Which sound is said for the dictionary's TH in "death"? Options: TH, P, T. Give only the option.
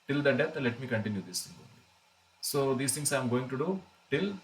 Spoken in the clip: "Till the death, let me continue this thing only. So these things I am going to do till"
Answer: T